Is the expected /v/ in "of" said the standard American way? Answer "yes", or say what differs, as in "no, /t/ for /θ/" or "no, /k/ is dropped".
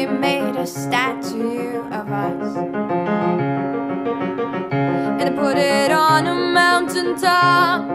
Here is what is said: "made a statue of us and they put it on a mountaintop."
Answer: yes